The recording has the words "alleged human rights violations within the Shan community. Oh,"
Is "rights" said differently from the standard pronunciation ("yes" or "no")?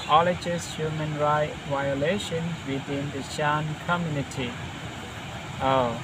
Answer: yes